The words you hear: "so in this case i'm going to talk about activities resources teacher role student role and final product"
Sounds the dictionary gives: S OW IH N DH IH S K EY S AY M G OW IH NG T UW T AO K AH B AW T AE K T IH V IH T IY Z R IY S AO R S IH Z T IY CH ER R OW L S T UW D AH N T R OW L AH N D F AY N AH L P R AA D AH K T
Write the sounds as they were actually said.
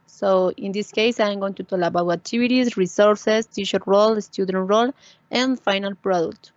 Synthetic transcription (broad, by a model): S OW IH N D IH S K EY S AY M G OW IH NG T UW T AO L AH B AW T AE K T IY B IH T IY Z R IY S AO R S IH S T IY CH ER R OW L S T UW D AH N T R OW L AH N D F AY N AH L P R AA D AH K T